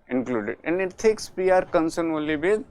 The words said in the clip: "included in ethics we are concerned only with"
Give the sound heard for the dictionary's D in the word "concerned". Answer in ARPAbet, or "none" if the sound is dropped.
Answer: none